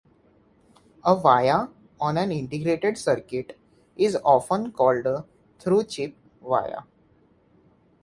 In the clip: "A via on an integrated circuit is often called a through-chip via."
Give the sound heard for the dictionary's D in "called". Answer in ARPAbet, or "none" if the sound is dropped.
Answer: D